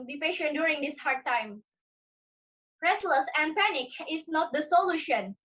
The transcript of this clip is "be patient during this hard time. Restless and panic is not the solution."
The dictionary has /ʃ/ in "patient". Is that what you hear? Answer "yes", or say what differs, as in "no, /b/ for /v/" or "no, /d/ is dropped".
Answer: yes